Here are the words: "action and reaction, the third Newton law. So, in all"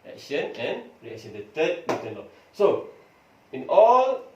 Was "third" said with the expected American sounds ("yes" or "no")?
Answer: no